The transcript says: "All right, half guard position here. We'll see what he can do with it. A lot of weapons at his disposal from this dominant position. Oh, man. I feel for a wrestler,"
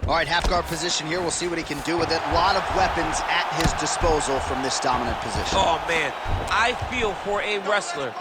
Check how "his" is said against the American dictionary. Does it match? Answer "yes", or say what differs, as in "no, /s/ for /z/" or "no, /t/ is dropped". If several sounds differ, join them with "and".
yes